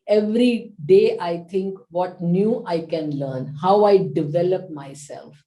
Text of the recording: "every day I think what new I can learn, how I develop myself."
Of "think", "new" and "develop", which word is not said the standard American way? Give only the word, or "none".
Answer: think